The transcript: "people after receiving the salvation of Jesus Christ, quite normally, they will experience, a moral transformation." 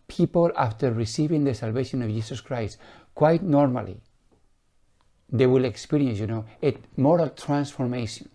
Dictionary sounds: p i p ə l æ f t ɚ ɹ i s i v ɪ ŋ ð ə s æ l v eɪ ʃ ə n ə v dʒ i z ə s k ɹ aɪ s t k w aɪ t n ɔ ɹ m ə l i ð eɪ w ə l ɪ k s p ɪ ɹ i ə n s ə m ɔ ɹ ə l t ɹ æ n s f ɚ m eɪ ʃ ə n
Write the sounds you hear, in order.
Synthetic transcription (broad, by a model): p i p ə l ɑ f t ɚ ɹ i s i v ɪ ŋ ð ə s æ l v eɪ ʃ ə n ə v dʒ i s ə s k ɹ aɪ s t k w aɪ t n ɔ ɹ m ə l i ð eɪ w ə l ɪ k s p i ɹ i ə n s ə m ɔ ɹ ə l t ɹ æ n s f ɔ m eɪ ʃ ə n